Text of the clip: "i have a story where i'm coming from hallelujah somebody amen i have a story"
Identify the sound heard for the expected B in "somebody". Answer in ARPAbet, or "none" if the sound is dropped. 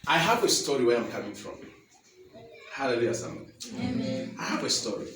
none